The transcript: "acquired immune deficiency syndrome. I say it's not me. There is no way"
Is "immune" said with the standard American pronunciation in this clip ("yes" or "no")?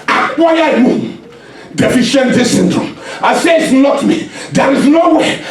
no